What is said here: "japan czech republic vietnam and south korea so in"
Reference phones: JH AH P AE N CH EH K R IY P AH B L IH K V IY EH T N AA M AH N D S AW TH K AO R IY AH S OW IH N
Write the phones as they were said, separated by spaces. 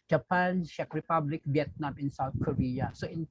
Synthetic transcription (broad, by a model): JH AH P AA N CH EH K R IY P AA B L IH K B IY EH T N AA M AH N S AW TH K AO R IY AH S OW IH N